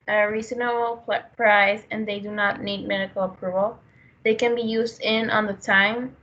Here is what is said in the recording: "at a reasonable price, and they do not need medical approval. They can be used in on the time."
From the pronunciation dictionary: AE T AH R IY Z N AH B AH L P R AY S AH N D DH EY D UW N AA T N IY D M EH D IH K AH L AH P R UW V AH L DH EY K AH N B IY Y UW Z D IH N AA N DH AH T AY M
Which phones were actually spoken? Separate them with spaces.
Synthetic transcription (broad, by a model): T AH R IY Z AH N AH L P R AY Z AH N DH EY D UW N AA T N IY D M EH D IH K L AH P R UW V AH L DH EY K AH N B IY Y UW Z D IH N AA N DH AH T AY M